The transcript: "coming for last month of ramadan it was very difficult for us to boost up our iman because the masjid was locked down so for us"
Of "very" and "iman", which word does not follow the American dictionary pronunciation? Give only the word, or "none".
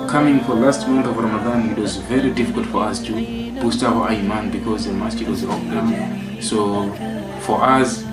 none